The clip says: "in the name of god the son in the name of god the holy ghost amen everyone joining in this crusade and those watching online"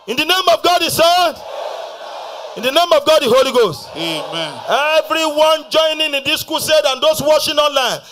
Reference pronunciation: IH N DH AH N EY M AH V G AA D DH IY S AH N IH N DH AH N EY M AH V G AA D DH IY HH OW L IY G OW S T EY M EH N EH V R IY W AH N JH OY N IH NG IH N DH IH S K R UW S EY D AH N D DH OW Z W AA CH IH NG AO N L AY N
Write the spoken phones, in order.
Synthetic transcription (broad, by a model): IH N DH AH N EY M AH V G AA D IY S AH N IH N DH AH N EY M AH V G AA D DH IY HH OW L IY G OW S T EY M EH N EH V R IY W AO N JH OY N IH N IH N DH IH S K UW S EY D AH N D OW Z W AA SH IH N AO N L AY N